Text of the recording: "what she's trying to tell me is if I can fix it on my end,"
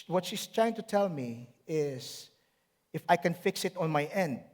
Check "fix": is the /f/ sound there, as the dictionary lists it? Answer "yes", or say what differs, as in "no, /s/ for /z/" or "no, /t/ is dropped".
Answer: yes